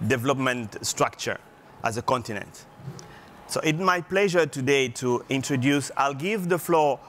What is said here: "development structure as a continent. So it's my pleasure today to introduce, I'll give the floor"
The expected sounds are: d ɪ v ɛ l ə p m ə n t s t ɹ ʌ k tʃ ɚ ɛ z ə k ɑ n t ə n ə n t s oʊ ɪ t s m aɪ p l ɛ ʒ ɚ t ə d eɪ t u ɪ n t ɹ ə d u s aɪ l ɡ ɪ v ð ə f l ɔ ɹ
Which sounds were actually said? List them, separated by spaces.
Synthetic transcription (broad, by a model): d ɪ v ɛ l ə p m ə n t s t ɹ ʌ k tʃ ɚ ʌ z ə k ɑ n t ə n ə n t s oʊ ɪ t m aɪ p l ɛ ʒ ɚ t ə d eɪ t u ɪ n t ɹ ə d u s aɪ l ɡ ɪ v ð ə f l ɔ